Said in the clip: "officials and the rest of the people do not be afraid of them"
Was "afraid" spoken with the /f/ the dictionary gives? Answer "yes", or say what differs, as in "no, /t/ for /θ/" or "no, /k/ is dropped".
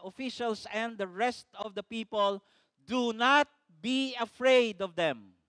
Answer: yes